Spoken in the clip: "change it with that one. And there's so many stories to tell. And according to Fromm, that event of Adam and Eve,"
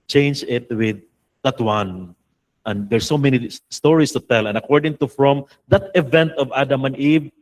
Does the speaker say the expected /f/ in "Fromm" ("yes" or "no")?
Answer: yes